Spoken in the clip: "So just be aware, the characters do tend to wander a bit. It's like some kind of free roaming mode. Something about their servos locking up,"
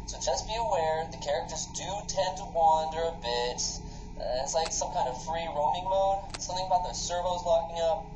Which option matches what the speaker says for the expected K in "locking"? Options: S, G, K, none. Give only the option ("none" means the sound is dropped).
K